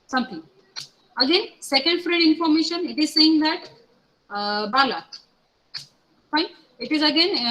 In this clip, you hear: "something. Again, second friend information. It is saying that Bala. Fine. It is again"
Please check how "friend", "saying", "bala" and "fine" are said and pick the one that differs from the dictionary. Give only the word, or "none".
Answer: friend